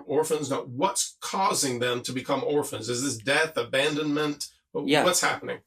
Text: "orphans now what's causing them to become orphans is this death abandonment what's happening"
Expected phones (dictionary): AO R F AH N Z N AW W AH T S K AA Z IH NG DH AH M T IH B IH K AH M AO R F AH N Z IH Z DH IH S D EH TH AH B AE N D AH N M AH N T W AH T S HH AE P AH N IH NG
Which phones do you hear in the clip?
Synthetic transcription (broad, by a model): AO R F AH N Z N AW W AH T S K AA Z IH NG DH AH M T IH B IH K AH M AO R F AH N Z IH Z DH IH S D EH TH AH B AE N D AH N M AH N T W AH T S HH AE P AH N IH NG